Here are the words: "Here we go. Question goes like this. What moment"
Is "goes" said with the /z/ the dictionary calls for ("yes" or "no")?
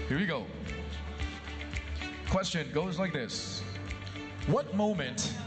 yes